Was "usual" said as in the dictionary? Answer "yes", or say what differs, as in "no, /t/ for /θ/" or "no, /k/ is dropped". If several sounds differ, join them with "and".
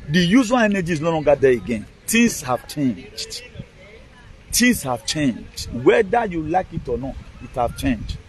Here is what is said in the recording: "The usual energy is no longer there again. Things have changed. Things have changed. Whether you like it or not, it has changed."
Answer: no, /z/ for /ʒ/